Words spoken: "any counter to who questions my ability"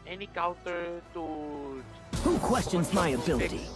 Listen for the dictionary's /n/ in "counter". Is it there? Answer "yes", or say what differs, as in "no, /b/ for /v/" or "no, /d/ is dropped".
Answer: no, /n/ is dropped